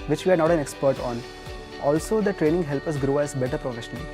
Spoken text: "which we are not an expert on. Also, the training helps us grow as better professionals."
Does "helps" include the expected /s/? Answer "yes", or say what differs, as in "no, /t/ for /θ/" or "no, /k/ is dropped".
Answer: no, /s/ is dropped